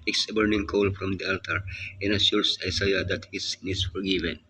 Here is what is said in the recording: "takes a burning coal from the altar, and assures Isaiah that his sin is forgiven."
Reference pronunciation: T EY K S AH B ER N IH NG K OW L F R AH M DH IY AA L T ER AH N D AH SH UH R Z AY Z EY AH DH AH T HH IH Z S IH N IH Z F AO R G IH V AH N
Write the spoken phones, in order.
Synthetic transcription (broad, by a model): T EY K S AH B ER N IH NG K OW L F R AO M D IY AA L T ER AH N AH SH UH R S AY S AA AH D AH T HH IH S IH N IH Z F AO R G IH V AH N